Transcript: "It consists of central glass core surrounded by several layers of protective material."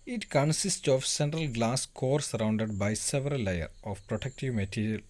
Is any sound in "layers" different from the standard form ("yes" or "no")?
yes